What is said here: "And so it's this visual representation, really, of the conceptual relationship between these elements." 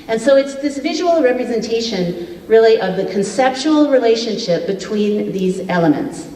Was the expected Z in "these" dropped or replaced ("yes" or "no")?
no